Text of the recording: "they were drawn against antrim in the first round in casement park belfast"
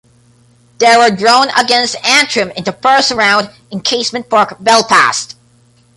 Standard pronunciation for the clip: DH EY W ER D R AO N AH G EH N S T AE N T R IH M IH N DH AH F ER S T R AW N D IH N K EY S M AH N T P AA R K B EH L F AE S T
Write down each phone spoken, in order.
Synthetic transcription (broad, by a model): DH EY W ER D R AO N AH G EH N S T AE N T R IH M IH N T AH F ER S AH R AW N D IH N K EY S M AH N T P AA R K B EH L P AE S T